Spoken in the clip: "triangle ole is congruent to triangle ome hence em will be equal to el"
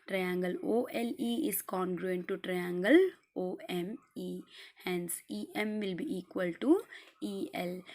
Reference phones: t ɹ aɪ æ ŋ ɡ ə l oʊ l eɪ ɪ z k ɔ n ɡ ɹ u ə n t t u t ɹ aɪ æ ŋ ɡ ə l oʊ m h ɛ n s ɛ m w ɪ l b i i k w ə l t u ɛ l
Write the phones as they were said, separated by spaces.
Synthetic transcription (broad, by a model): t ɹ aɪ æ ŋ ɡ ə l oʊ l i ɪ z k ɔ n ɡ ɹ u ə n t t u t ɹ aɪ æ ŋ ɡ ə l oʊ m h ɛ n s ɛ m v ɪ l b i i k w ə l t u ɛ l